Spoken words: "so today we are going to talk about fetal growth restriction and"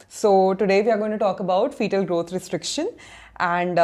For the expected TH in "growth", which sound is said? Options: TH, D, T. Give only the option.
T